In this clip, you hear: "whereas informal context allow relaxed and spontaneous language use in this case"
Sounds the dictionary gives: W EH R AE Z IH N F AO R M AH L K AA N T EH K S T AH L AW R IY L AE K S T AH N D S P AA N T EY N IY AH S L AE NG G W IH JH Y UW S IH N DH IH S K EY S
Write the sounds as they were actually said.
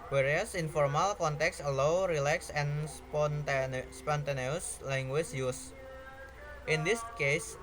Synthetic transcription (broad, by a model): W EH R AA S IH N F AO R M AH L K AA N T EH K S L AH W R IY L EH K S AH N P S P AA N T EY N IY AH S L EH NG G W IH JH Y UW S IH N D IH S K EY S